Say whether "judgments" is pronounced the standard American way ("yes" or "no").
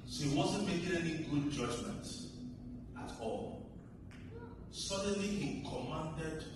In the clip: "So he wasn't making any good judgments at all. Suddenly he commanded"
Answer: no